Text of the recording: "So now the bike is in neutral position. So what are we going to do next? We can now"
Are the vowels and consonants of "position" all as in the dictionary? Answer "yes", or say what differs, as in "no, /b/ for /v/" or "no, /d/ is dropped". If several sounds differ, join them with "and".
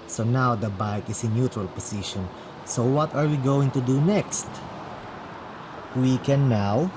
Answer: no, /s/ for /z/